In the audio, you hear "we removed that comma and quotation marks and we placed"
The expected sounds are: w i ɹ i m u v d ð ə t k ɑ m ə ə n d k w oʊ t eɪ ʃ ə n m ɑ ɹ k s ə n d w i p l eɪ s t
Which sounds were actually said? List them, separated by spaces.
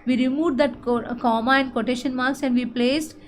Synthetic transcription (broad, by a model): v i ɹ i m u v d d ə t k ɑ m ə ə n d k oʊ t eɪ ʃ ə n m ɑ ɹ k s ə n d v i p l eɪ s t